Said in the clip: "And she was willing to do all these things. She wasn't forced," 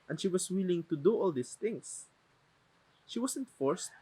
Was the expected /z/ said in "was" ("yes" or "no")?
no